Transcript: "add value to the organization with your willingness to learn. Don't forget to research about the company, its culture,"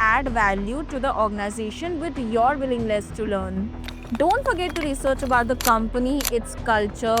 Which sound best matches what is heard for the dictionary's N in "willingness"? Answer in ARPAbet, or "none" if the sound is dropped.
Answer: L